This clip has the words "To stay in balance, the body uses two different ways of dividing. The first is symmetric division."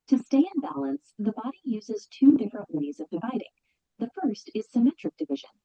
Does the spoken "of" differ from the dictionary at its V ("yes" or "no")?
no